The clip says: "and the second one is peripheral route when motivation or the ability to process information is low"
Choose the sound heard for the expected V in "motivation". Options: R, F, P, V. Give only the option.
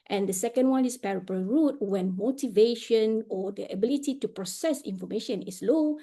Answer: V